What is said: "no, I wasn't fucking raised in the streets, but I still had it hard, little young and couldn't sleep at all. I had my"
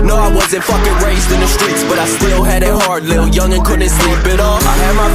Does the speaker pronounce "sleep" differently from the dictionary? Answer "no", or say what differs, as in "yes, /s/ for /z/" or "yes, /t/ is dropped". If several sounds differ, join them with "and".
yes, /b/ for /p/